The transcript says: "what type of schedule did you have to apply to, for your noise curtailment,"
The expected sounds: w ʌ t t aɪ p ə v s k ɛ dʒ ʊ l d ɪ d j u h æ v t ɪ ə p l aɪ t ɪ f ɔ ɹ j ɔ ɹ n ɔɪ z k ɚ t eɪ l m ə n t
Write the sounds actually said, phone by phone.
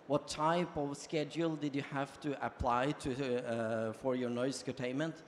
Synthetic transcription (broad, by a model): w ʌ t t aɪ p ə v s k ɛ dʒ ʊ l d ɪ d j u h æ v t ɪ ə p l aɪ t ɪ f ɔ ɹ j ɔ ɹ n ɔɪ s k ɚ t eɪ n m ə n t